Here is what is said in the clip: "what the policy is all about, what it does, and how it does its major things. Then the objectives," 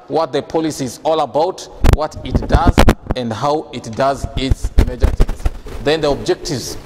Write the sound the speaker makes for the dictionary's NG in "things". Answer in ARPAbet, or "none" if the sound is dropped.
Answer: none